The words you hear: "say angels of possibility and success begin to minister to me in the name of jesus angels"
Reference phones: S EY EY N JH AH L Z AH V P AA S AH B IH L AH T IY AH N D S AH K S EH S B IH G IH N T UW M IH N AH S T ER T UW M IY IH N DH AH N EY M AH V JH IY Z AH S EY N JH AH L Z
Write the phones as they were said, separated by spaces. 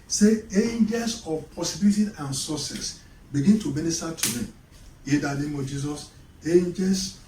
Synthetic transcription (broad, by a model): S EY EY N JH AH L S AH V P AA S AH B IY L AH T IY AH N S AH S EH S B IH G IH N T UW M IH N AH S T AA T UW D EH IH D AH N EY M AH V JH IY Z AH S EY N JH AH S